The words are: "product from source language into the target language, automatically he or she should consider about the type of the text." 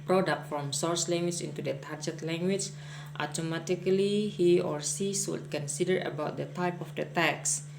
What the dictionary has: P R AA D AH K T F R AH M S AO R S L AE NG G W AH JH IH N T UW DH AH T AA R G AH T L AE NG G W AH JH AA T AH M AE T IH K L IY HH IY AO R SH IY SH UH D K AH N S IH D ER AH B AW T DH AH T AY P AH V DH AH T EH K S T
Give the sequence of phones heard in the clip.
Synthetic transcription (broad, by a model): P R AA D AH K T F R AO M S AO R S L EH NG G W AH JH IH N T UW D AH T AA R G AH T L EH NG G W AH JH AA T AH M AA T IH K L IY HH IY AO R S IY S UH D K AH N S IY D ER AH B AW T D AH T AY P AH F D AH T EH K S